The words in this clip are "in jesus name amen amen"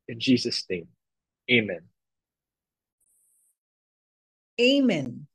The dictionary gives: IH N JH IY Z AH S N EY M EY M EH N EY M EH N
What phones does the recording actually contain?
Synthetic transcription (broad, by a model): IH N JH IY Z AH S N EY M EY M EH N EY M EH N